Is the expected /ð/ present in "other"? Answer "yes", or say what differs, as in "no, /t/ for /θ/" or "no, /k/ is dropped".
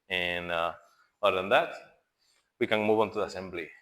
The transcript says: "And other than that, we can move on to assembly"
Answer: no, /ð/ is dropped